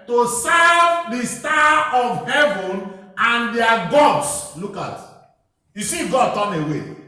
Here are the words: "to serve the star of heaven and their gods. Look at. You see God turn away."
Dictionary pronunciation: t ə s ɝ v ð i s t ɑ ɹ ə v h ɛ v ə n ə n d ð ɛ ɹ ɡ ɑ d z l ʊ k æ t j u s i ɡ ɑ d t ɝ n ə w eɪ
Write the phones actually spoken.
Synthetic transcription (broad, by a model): t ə s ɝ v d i s t ɑ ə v h ɛ v ə n ə n d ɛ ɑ ɡ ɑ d s l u k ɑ t j u s i ɡ ɑ d t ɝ n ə w eɪ